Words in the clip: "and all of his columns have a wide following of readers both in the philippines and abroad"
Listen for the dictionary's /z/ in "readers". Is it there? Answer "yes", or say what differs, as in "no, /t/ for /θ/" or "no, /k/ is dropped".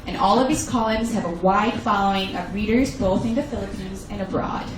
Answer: yes